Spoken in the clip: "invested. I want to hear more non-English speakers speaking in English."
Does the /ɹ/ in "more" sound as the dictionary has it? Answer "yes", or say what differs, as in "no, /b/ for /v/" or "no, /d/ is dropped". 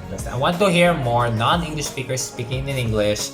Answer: yes